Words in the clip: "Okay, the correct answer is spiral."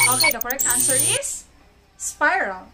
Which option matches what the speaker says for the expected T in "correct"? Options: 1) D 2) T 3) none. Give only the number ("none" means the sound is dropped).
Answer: 3